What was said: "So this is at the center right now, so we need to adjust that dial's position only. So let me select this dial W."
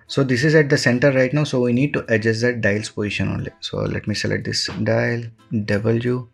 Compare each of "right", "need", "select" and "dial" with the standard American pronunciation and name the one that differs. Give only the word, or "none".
select